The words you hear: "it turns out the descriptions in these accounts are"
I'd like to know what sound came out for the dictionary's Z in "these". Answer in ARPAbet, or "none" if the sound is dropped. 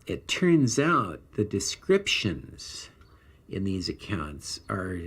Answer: Z